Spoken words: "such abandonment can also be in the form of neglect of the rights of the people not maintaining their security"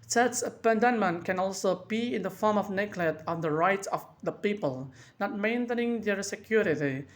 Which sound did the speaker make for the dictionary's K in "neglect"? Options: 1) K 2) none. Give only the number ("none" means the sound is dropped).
2